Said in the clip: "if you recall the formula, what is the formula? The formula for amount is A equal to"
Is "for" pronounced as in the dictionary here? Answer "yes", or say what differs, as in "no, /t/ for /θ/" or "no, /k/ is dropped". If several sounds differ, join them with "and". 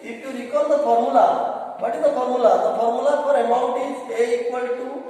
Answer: no, /p/ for /f/